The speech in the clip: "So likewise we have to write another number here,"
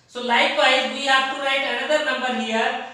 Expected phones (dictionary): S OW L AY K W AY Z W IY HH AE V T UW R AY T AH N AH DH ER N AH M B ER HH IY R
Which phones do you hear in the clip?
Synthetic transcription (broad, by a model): S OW L AY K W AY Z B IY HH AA F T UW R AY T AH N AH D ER N AH M B ER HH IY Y